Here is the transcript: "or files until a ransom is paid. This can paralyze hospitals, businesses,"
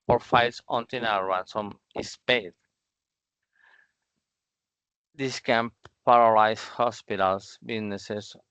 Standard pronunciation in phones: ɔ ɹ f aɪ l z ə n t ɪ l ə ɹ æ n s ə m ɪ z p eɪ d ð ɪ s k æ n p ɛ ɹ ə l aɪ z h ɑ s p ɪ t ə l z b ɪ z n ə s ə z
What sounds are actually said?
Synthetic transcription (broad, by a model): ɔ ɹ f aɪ l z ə n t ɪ n ə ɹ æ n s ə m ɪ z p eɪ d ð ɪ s k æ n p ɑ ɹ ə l aɪ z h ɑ s p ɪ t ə l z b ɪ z n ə s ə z